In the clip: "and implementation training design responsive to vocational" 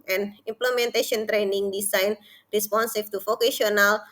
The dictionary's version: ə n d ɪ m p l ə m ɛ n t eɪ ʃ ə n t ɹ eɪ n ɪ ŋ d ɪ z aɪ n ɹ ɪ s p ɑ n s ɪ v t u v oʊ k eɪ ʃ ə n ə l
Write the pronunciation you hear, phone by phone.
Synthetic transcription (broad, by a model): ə n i m p l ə m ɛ n t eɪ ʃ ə n t ɹ eɪ n ɪ ŋ d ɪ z aɪ n ɹ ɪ s p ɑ n s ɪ f t u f oʊ k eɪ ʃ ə n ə l